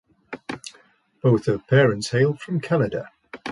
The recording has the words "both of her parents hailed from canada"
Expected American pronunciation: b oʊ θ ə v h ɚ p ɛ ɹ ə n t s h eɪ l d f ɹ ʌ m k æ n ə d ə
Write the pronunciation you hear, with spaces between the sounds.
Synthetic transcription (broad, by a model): b oʊ θ ə v p ɛ ɹ ə n t s h eɪ l d f ɹ ʌ m k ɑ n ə d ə